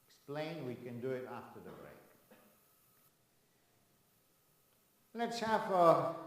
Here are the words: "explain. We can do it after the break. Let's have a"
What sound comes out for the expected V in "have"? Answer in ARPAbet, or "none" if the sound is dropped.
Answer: F